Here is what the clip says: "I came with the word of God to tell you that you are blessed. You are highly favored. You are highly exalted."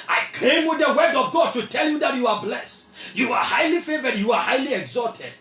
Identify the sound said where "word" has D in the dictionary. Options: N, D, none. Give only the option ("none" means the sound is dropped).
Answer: D